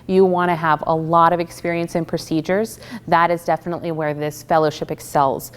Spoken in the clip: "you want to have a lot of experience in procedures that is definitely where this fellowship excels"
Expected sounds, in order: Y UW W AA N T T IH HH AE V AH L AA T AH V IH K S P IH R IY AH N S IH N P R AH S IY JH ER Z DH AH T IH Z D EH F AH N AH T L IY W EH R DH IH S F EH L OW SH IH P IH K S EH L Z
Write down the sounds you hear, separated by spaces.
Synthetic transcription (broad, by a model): Y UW W AA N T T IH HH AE V AH L AA T AH V IH K S P IH R IY AH N S IH N P R AH S IY JH ER Z DH AH T IH Z D EH F AH N AH T L IY W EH R DH IH S F EH L OW SH IH P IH K S EH L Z